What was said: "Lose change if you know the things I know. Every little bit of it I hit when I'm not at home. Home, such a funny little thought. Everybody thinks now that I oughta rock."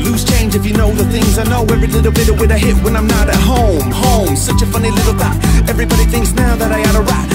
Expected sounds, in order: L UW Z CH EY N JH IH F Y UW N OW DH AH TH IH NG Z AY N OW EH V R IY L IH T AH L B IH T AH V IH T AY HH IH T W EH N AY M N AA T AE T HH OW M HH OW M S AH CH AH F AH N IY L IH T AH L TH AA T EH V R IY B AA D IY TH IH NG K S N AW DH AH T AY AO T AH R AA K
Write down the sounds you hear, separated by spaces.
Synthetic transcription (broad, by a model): L UW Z CH EY N JH IH F Y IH N OW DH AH TH IH NG Z AY N OW EH V R IY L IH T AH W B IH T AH W IH T AY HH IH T W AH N AY M N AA T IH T HH OW M HH OW M S AH CH AH F AH N IY L IH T L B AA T EH V R IY B AA D IY TH IH NG K S N AW DH AH T AY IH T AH R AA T